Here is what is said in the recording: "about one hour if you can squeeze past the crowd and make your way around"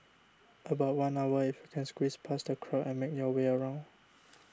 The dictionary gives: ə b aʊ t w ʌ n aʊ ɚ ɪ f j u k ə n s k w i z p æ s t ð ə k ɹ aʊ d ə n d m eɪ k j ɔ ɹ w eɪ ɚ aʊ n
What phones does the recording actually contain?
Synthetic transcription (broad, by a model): ə b aʊ t w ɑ n aʊ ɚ ɪ f j u k ə n s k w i s p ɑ s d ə k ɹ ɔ ə n m eɪ k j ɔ w eɪ ɚ aʊ n